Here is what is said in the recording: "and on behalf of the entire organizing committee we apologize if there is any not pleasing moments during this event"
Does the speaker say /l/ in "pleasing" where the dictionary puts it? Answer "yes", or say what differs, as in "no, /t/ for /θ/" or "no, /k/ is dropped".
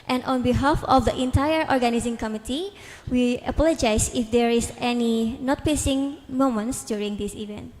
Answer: no, /l/ is dropped